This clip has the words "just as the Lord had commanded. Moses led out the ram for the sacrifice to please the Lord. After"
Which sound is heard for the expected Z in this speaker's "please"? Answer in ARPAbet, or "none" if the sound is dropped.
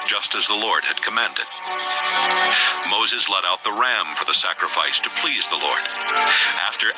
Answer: Z